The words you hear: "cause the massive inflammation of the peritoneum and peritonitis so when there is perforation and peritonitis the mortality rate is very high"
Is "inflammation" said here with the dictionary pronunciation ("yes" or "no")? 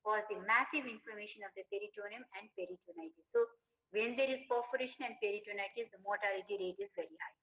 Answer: no